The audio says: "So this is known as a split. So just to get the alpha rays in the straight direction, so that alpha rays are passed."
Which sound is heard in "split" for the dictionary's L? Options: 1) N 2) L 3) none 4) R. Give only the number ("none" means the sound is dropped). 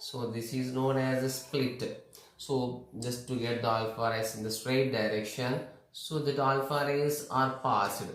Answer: 2